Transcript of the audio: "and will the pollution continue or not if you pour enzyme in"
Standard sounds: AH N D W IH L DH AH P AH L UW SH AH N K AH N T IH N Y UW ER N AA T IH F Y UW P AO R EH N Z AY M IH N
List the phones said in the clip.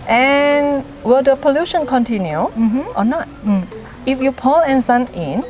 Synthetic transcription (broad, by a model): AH N W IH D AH P AH L UW SH AH N K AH N T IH N Y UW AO N AA T IH F Y UW P AO L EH N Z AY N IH N